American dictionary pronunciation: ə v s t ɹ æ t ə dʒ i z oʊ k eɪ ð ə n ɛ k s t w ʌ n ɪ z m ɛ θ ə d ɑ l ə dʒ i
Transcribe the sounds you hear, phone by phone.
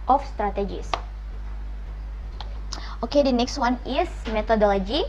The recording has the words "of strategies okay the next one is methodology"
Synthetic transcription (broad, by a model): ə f s t ɹ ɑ t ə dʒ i s oʊ k eɪ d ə n ɛ k s t w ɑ n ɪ s m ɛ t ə d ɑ l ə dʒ i